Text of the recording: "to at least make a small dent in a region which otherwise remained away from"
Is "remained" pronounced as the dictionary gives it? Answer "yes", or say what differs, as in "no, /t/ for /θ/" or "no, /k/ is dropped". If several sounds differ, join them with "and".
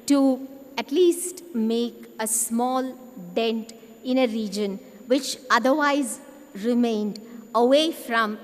yes